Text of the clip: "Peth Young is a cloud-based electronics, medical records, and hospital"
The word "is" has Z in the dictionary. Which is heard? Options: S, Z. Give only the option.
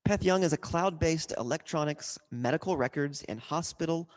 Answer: Z